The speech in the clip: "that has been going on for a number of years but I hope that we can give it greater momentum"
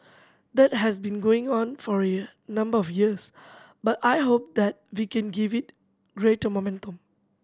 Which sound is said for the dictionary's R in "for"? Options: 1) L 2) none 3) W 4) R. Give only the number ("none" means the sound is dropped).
4